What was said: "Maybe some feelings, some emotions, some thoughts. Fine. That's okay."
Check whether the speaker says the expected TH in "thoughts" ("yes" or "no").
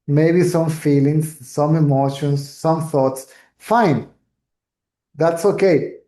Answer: yes